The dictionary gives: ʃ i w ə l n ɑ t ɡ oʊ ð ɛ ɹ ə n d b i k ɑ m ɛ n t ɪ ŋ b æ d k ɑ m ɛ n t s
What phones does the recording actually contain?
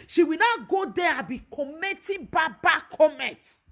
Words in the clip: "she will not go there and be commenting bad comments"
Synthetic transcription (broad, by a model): ʃ i w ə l n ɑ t ɡ oʊ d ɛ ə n b i k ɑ m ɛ t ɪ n b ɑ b k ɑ m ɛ n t